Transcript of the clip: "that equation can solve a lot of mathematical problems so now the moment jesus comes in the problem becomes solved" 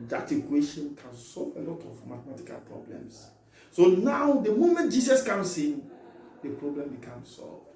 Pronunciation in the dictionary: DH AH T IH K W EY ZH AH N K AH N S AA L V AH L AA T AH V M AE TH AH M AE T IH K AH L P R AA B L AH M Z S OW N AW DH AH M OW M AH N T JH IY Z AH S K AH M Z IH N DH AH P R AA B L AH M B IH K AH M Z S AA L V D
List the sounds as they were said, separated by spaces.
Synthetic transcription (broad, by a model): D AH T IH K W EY SH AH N K AH N S AA L V AH L AA T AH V M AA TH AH M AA T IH K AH L P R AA B L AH M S S OW N AW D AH M OW M AH N T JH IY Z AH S K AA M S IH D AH P R AA B L AH M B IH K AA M S AA L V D